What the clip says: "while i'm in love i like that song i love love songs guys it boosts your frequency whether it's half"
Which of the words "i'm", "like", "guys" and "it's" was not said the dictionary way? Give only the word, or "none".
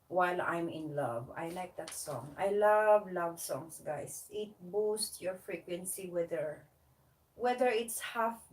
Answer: guys